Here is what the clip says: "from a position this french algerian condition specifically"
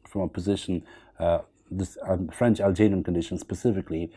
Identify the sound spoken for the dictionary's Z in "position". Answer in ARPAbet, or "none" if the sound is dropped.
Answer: Z